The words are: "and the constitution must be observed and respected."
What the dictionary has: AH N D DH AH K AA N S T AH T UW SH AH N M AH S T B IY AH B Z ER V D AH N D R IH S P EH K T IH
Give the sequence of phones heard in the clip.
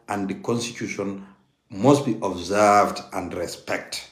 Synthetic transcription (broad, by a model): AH N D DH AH K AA N S T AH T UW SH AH N M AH S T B IY AH B Z ER V D AH N D R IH S P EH K T